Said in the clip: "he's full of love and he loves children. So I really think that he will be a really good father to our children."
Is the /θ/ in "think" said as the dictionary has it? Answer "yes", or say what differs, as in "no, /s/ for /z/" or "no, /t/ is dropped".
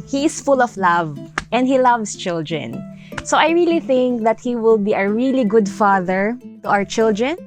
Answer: yes